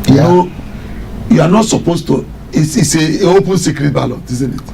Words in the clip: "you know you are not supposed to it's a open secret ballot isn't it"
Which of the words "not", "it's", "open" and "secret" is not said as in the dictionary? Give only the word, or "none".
it's